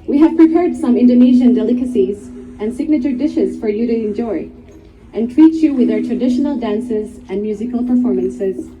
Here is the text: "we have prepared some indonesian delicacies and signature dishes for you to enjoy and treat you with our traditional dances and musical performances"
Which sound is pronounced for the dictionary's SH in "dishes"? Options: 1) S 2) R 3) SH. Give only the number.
3